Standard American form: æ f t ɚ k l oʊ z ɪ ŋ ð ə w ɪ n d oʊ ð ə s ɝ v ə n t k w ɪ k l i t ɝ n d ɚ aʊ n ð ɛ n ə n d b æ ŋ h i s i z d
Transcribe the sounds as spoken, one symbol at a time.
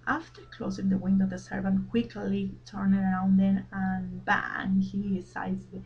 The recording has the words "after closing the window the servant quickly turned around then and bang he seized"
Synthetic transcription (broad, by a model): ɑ f t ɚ k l oʊ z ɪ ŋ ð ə w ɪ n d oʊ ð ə s ɝ v ə n t k w ɪ k l i t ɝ n ɚ aʊ n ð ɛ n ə n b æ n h i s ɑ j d